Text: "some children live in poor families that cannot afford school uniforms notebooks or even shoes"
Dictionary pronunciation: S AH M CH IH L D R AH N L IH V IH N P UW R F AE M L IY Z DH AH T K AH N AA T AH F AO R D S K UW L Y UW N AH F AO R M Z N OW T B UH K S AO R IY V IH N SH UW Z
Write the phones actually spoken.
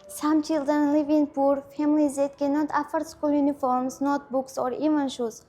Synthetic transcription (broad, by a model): S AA M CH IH L D AH N L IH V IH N P UW R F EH M L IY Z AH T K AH N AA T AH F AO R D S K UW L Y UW N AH F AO R M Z N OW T B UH K S AO R IY V IH N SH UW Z